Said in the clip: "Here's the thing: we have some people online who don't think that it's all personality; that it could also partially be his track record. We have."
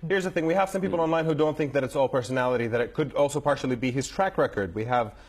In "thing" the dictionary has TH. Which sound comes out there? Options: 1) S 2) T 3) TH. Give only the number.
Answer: 3